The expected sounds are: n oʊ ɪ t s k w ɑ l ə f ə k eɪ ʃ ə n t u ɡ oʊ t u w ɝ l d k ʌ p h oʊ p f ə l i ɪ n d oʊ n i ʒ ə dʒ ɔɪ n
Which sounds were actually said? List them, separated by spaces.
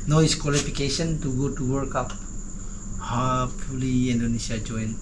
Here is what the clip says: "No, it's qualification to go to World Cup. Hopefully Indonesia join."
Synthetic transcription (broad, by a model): n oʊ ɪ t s k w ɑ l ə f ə k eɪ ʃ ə n t u ɡ oʊ t u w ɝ d k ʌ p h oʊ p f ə l i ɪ n d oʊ n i ʃ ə dʒ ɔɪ n